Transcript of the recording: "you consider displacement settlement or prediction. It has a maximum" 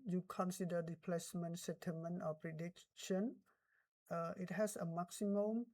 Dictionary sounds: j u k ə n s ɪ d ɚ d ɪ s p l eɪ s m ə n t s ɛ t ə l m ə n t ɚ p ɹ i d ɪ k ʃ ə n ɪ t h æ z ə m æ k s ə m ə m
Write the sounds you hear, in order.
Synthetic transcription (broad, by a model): j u k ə n s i d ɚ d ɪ p l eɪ s m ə n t s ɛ t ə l m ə n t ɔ p ɹ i d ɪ k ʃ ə n ɪ t h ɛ s ə m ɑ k s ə m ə m